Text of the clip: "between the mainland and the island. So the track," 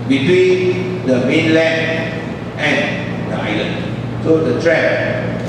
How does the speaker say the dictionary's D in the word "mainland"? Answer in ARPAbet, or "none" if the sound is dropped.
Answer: none